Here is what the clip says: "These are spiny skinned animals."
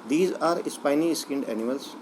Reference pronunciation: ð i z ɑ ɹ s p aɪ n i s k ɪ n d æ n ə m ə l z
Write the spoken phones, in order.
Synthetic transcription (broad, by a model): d i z ɑ ɹ s p aɪ n i s k ɪ n d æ n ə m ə l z